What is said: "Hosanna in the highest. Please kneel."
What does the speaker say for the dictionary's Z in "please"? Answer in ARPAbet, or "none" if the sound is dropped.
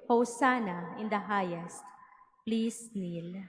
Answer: S